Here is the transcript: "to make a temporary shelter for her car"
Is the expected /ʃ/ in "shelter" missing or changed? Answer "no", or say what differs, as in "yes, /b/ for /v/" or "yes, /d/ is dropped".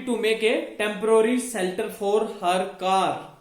yes, /s/ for /ʃ/